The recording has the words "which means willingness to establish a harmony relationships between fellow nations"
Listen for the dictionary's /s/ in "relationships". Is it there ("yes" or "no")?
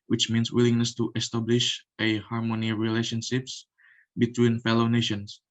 yes